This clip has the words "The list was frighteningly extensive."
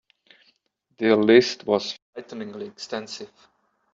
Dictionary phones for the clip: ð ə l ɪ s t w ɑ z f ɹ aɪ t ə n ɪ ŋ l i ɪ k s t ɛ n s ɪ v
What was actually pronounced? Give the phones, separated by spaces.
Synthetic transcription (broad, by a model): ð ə l ɪ s t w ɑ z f aɪ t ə n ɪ ŋ l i ɪ k s t ɛ n s ɪ v